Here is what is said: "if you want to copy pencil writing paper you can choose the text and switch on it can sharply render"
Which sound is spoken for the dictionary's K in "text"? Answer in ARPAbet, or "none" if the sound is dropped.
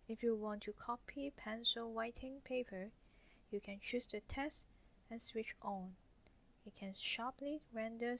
none